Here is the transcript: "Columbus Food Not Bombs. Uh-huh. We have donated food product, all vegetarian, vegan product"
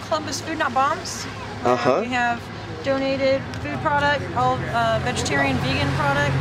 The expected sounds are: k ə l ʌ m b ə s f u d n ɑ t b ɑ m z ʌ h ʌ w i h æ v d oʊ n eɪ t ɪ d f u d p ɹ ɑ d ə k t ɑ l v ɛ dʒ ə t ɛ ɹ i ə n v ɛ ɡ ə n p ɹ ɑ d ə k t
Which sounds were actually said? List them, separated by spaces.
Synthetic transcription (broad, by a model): k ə l ʌ m b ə s f u d n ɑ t b ɑ m z ʌ h ʌ w i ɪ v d oʊ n eɪ t ɪ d f u d p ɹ ɑ d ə k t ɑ l v ɛ dʒ ə t ɛ ɹ i ə n v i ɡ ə n p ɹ ɑ d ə k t